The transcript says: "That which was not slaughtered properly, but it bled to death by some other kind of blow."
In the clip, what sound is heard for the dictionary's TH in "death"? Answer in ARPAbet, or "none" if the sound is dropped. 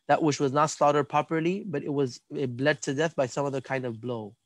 TH